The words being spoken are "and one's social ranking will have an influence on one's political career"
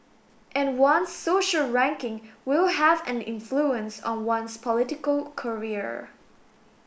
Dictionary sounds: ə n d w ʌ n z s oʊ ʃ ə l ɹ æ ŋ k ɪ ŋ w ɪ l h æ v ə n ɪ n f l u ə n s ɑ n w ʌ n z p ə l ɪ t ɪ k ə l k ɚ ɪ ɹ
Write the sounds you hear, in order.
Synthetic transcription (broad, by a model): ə n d w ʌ n s oʊ ʃ ə l ɹ æ ŋ k ɪ ŋ w ɪ l h æ v ə n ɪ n f l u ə n s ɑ n w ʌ n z p ə l ɪ t ɪ k ə l k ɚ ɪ ɹ